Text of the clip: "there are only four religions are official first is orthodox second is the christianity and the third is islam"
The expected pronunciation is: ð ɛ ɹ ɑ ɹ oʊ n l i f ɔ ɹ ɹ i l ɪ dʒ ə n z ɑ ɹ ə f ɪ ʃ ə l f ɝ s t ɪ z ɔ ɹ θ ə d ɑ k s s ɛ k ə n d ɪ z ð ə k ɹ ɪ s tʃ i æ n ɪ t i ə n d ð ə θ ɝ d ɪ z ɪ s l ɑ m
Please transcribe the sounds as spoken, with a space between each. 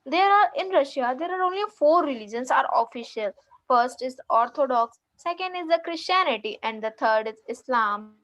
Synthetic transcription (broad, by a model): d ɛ ɹ ɑ ɹ oʊ n l i f ɔ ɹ ɹ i l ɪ dʒ ə n s ɑ ɹ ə f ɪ ʃ ə l f ɝ s t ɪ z ɔ ɹ t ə d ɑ k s s ɛ k ə n d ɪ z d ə k ɹ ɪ s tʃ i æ n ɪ t i ə n d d ə t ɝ d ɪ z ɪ s l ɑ m